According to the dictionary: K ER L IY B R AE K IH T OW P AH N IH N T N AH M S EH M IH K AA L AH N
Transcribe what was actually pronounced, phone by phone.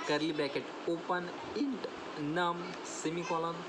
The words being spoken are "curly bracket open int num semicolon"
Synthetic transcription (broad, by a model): K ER L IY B AE K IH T OW P AH N IH N T N AH M S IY M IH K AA L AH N